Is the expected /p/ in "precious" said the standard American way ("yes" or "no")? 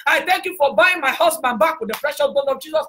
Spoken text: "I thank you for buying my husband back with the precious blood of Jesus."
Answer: no